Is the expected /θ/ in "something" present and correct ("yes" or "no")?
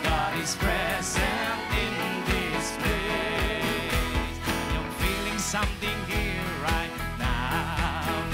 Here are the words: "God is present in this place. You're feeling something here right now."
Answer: yes